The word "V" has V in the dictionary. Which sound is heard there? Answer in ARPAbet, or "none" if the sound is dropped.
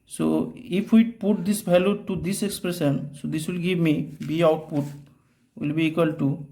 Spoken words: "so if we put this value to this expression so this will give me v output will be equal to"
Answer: B